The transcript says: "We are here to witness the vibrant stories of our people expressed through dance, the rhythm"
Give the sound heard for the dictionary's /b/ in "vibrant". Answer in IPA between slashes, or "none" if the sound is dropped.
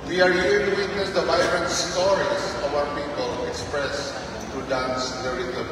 none